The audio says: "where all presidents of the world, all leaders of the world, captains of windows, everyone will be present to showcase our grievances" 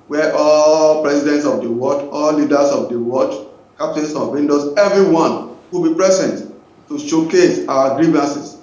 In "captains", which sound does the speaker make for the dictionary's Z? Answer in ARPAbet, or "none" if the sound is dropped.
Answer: S